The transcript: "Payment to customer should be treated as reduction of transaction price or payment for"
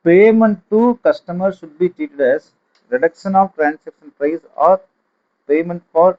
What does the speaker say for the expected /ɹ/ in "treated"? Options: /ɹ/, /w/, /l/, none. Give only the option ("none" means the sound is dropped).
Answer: none